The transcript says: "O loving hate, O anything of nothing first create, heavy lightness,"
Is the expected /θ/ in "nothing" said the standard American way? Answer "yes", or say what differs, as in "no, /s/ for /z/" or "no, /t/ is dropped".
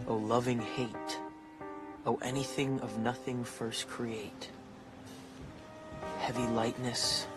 yes